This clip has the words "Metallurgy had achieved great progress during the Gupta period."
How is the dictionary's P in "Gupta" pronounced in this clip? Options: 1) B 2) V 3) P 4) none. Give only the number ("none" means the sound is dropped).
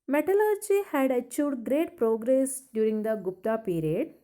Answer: 3